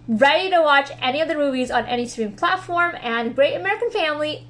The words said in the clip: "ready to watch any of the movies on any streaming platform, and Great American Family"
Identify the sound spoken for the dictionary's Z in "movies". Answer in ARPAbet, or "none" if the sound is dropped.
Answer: Z